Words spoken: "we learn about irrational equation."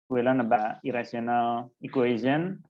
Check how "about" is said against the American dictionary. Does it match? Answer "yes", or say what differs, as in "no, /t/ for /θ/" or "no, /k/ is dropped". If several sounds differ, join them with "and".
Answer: no, /t/ is dropped